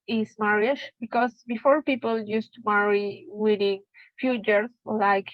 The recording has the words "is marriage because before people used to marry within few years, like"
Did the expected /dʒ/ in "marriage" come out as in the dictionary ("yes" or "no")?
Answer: no